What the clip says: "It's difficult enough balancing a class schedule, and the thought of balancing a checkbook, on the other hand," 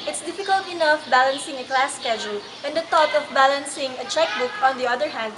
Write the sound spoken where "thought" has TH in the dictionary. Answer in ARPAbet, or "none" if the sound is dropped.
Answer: T